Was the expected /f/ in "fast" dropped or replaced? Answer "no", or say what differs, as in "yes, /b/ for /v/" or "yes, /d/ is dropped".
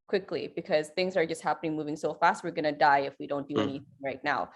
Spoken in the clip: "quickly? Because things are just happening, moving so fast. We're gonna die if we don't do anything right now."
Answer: no